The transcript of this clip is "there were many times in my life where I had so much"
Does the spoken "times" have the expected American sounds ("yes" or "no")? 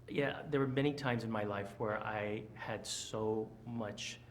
yes